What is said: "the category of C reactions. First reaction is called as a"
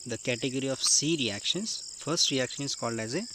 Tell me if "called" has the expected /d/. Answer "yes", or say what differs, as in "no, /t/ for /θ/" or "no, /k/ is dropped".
yes